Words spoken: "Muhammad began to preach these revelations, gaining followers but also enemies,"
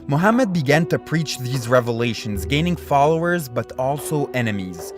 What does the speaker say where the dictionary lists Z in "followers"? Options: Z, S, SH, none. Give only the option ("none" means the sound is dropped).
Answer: Z